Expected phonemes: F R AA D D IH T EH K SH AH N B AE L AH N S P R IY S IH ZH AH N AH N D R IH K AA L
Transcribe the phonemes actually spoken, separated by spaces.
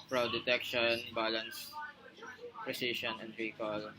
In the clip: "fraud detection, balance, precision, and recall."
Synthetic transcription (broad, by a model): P R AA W D IH T EH K SH AH N B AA L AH N S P R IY S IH SH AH N AH N D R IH K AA L